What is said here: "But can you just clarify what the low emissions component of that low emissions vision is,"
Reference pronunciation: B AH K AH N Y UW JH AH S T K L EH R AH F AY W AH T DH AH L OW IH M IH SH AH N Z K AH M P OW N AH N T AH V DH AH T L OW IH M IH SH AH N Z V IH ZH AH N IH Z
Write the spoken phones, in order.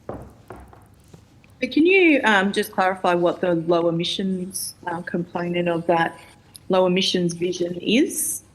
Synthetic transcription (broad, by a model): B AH K AH N Y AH JH AH S K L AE R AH F AY W AH T DH AH L OW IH M IH SH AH N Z K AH M P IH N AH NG AH V DH AH T L OW IH M IH SH AH N Z V IH ZH AH N IH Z